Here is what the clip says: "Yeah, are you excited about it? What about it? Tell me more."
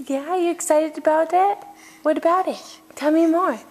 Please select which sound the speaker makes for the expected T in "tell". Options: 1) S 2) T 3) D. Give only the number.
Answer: 2